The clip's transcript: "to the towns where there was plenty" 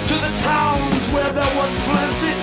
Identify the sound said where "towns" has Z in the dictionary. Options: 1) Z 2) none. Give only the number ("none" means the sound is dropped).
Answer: 1